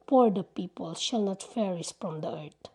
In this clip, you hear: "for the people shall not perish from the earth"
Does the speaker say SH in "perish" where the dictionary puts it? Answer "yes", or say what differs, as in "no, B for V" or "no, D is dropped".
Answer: no, S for SH